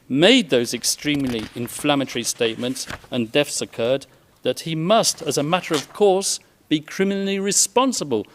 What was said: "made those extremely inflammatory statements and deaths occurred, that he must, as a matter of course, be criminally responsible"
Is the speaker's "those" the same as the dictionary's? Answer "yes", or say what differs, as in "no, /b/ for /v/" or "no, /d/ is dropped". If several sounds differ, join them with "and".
yes